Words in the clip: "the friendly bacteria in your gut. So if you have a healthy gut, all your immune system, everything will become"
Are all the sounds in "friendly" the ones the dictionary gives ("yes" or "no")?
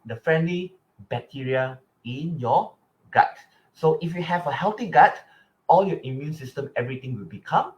yes